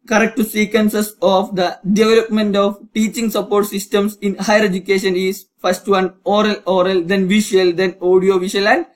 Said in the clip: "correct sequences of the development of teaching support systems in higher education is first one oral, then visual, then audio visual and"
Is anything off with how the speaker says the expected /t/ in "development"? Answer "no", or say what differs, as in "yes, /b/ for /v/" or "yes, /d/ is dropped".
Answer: no